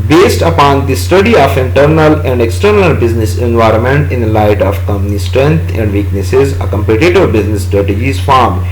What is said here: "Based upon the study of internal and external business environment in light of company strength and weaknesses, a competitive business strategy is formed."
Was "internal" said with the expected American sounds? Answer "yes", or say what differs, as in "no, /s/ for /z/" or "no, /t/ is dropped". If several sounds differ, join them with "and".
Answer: yes